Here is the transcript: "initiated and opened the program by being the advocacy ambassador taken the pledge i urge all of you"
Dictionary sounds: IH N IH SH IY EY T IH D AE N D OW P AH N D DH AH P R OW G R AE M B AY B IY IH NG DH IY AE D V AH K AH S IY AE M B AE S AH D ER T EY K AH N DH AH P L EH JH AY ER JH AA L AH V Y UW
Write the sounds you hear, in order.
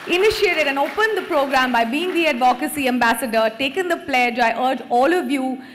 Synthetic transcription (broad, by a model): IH N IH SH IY EY T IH D AE N D OW P AH N D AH P R OW G R AE M B AY B IY IH NG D IY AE D V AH K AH S IY AE M B AE S AH D ER T EY K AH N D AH P L EH JH AY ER JH AA L AH V Y UW